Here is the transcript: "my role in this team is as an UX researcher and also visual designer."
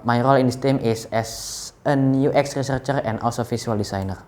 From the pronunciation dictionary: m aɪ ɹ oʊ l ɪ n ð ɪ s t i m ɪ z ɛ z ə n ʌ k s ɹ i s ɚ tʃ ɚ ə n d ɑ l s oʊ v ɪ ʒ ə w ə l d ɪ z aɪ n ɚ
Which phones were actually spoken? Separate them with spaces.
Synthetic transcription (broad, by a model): m aɪ ɹ oʊ l ɪ n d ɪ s t i m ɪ s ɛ s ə n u k s ɹ i s ɚ tʃ ɚ ə n d ɑ l s oʊ f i s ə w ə l d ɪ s aɪ n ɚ